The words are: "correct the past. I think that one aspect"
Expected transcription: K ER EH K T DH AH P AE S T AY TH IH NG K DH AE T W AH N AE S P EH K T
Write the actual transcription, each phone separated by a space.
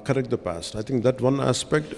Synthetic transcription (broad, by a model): K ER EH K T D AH P AE S T AY T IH NG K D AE T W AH N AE S P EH K T